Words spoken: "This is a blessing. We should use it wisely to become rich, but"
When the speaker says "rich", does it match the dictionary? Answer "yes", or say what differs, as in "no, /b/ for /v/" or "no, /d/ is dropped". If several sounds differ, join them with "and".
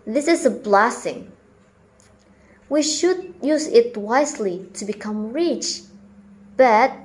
yes